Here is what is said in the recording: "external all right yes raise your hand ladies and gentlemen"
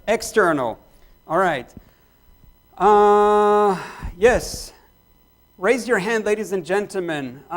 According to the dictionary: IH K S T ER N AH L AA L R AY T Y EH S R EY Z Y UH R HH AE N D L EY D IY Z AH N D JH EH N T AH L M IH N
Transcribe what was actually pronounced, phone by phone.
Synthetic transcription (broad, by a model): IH K S T ER N L AA L R AY T Y EH S R EY Z Y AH R HH AE N D L EY D IY Z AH N JH EH N T L M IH N